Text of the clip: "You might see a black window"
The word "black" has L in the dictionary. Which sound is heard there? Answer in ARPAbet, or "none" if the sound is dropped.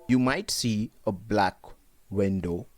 L